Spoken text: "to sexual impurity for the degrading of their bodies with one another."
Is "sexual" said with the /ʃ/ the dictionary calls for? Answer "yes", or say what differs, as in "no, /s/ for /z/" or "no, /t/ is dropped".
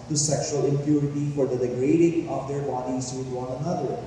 yes